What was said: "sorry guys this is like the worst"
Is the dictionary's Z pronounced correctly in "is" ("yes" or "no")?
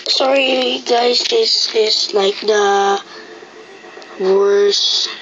no